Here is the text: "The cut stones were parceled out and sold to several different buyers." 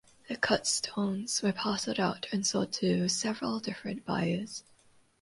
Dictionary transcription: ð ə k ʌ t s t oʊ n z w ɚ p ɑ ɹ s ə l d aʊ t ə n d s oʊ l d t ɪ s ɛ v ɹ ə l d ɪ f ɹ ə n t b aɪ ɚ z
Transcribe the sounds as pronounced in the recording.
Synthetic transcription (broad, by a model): ð ə k ʌ t s t oʊ n z w ɚ p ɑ s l d aʊ t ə n s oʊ d t ɪ s ɛ v ɹ ə l d ɪ f ɹ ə n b aɪ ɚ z